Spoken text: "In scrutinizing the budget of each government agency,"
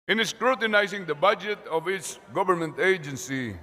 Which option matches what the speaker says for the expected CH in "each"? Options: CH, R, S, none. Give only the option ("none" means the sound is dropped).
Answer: S